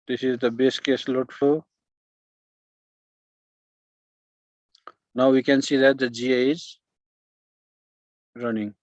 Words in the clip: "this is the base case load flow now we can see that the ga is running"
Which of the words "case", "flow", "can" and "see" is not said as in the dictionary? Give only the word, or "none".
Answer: flow